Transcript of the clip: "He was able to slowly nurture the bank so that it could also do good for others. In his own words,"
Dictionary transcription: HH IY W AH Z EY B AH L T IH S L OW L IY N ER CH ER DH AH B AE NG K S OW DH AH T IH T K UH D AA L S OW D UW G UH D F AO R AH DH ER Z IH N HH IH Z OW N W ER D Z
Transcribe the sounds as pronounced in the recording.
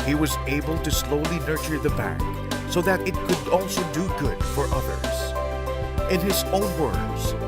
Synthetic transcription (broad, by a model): HH IY W AH Z EY B AH L T IH S L OW L IY N ER CH ER DH AH B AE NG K S OW DH AH T IH T K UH D AA L S OW D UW G UH D F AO R AH DH ER Z IH N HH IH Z OW N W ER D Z